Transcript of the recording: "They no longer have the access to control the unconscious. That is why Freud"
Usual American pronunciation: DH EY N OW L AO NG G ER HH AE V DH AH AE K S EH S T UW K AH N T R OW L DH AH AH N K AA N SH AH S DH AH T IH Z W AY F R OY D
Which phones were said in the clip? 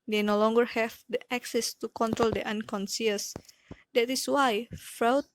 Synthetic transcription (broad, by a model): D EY N OW L AO NG G ER HH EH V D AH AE K S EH S T UW K AH N T R OW L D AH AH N K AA N S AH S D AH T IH S W AY F R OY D